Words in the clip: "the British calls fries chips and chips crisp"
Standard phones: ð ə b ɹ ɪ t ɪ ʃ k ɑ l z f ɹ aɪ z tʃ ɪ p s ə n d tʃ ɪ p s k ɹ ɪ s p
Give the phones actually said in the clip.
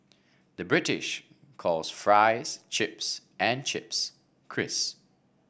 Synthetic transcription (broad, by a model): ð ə b ɹ ɪ t ɪ ʃ k ɑ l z f ɹ aɪ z tʃ ɪ p s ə n tʃ ɪ p s k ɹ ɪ s